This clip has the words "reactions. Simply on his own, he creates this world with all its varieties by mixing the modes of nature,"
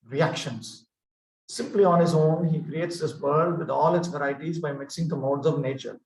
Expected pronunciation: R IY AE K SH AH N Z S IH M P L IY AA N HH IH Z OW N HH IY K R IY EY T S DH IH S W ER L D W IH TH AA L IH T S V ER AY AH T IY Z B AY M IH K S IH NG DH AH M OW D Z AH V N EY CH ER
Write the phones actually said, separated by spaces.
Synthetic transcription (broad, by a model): R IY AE K SH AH N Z S IH M P L IY AA N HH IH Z OW N HH IY K R IY EY T S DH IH S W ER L D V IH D AA L IH T S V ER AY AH T IY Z B AY M IH K S IH NG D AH M OW D Z AH V N EY CH ER